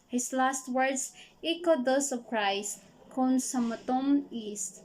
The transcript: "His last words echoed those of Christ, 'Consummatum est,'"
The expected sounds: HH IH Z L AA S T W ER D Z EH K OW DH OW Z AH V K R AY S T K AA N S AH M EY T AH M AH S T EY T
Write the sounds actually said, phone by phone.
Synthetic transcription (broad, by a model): HH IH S L AA S T W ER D S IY K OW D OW S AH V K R AY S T K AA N S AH M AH T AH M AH S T T